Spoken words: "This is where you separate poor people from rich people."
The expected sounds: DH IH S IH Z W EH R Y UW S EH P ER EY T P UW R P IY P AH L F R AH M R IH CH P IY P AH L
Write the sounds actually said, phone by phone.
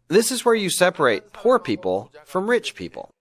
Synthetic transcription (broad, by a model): DH IH S IH Z W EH R Y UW S EH P ER EY T P UW R P IY P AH L F R AH M R IH CH P IY P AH L